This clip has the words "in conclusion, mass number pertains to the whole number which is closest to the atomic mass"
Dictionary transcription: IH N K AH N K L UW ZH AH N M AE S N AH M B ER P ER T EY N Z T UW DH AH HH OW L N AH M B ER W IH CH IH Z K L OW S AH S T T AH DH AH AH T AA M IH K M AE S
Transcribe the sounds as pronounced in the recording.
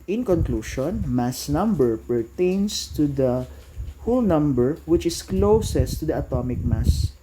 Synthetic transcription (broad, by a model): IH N K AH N K L UW SH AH N M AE S N AH M B ER P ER T EY N S T UW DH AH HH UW L N AH M B ER W IH CH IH S K L OW S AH S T T AH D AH AH T AA M IH K M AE S